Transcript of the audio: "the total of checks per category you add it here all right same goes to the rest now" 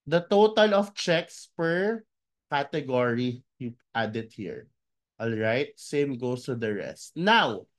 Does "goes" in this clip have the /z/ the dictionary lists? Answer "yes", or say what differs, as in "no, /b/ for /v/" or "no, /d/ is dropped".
no, /s/ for /z/